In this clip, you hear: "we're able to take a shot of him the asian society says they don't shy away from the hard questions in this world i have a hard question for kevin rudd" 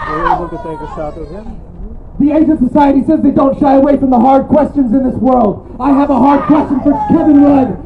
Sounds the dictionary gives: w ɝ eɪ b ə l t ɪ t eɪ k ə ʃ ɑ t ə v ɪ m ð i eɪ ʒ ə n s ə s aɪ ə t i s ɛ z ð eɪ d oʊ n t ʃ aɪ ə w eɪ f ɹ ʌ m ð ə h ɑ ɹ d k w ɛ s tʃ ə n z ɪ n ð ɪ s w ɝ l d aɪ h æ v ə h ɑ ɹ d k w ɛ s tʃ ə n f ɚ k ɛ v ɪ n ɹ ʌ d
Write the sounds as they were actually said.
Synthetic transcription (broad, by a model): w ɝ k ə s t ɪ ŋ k ə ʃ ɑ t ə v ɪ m ð i eɪ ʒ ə n s ə s aɪ ə t i s ɛ z ð eɪ d oʊ n t ʃ aɪ ə w eɪ f ɹ ʌ m ð ə h ɑ ɹ d k w ɛ s tʃ ə n z ɪ n ð ɪ s w ɝ l d aɪ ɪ v ə h ɑ ɹ d k w ɛ s tʃ ə n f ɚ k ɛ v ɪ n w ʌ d